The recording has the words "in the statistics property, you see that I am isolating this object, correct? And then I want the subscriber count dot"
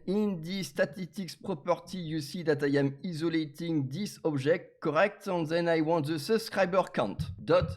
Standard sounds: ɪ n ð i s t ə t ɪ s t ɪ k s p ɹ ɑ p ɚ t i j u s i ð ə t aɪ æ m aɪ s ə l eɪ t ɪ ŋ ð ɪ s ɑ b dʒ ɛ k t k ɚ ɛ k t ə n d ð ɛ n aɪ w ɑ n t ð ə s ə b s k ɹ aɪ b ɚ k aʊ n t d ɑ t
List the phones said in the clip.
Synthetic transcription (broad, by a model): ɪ n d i s t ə t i s t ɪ k s p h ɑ p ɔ t i j u s i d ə t aɪ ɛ m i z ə l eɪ t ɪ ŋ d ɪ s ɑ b ʒ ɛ k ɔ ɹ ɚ ɛ k t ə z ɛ n aɪ w ɑ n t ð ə s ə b s k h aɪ b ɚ k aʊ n t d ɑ t